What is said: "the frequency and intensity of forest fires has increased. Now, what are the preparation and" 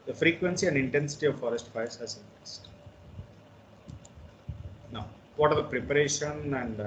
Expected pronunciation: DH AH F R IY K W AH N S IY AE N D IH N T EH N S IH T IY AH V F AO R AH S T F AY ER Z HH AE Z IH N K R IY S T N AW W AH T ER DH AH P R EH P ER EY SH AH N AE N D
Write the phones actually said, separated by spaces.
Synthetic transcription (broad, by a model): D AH F R IY K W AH N S IY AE N D IH N T EH N S IH T IY AH V F AO R AH S T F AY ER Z HH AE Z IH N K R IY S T N AW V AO T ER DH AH P R EH P ER EY SH AH N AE N D